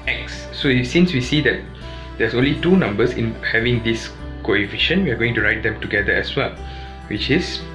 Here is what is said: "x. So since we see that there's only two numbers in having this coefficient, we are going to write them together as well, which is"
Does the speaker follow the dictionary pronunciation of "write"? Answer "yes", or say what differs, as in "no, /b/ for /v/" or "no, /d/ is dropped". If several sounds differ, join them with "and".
yes